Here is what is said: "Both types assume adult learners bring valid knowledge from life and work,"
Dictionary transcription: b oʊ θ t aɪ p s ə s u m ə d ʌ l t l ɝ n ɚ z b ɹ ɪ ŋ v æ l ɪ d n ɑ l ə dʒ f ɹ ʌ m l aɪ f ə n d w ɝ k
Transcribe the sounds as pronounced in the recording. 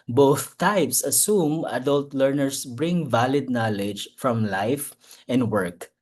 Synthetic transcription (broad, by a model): b oʊ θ t aɪ p s ə s u m ə d ʌ l t l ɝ n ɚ s b ɹ ɪ ŋ v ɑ l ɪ d n ɑ l ə dʒ f ɹ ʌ m l aɪ f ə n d w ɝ k